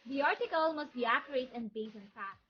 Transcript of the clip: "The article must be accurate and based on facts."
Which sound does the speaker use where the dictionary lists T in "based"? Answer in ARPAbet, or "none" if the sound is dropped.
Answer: none